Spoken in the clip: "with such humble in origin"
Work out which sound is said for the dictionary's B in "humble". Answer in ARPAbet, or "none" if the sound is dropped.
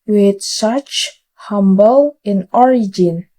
B